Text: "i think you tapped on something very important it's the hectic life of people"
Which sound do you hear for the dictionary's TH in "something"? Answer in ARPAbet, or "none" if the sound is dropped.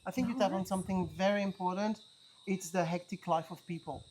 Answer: TH